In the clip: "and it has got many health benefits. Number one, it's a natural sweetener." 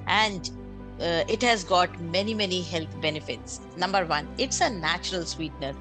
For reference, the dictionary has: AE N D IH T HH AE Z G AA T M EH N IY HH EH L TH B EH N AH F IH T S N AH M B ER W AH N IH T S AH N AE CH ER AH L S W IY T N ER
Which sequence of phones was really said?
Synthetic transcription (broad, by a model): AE N D IH T HH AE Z G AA T M EH N IY HH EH L T B EH N AH F IH T S N AH M B ER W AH N IH T S AH N AE CH ER AH L S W IY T N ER